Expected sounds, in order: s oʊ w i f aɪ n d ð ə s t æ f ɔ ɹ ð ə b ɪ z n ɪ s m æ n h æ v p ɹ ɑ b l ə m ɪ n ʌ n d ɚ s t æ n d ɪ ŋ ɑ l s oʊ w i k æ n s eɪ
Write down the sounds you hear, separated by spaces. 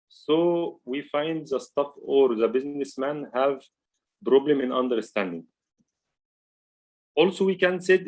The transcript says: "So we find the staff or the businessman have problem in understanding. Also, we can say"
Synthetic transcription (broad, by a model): s oʊ w i f aɪ n d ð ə s t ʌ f ɔ ɹ ð ə b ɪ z n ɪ s m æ n h æ v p ɹ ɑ b l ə m ɪ n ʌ n d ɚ s t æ n d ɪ ŋ ɑ l s oʊ w i k æ n s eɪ